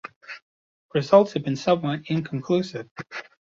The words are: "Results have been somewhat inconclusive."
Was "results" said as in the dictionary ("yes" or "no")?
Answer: yes